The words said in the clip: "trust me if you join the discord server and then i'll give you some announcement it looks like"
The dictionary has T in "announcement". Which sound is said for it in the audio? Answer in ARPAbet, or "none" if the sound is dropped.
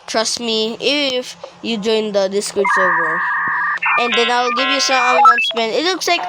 none